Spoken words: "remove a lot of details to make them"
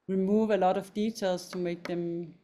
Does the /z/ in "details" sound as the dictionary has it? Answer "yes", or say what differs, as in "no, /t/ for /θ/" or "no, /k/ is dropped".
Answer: no, /s/ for /z/